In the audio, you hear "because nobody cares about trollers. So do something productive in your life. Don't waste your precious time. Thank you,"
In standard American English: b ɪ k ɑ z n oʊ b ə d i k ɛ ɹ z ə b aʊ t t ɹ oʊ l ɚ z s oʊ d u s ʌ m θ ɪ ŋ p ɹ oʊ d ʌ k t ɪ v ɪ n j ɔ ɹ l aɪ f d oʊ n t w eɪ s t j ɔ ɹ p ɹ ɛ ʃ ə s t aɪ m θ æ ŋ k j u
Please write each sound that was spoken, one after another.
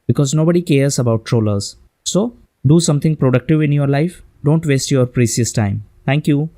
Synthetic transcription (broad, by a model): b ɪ k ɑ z n oʊ b ə d i k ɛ ɹ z ə b aʊ t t ɹ oʊ l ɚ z s oʊ d u s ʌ m t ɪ ŋ p ɹ oʊ d ʌ k t ɪ v ɪ n j ɔ ɹ l aɪ f d oʊ n t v eɪ s t j ɔ ɹ p ɹ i s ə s t aɪ m t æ ŋ k j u